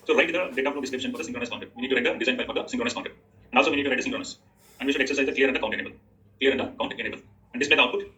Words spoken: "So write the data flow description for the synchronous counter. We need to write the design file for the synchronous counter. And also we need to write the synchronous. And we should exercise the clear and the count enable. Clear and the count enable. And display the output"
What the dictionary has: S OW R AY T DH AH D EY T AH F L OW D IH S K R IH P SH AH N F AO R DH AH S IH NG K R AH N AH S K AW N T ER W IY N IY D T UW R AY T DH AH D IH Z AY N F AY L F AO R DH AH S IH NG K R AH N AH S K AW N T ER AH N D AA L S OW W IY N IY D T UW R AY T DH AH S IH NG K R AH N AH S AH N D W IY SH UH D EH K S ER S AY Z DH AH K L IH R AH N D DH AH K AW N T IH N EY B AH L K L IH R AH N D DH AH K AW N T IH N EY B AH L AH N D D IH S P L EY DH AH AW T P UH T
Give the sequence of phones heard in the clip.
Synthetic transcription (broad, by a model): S OW R AY T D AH D EY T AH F N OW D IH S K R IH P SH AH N F AO R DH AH S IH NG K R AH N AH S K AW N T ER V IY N IY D T UW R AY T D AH D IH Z AY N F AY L F AO R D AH S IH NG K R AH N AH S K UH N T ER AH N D AA L S OW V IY N IY D T UW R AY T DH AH S IH NG K R AH N AH S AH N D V IY SH UH D EH K S ER S AY Z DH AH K L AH R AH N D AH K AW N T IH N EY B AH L K L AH R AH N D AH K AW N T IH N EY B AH L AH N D D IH S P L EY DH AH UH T P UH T